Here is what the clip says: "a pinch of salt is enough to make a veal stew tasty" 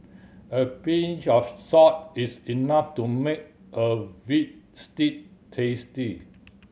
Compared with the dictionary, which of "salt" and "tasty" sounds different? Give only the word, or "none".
salt